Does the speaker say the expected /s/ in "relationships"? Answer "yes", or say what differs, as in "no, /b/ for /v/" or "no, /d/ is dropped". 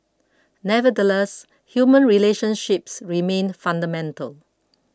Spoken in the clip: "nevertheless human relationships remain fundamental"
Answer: yes